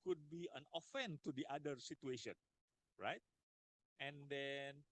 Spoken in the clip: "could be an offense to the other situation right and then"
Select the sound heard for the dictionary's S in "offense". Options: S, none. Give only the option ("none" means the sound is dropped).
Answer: none